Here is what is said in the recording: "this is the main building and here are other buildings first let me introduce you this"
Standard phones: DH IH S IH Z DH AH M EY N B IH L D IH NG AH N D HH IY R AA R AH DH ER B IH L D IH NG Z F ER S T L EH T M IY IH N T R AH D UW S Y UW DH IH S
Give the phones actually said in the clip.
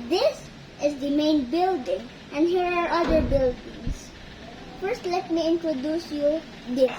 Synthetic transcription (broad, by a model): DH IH S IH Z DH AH M EY N B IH L D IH NG AH N D HH IY R AA R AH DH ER B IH L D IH NG S F ER S T L EH T M IY IH N T R AH D UW S Y UW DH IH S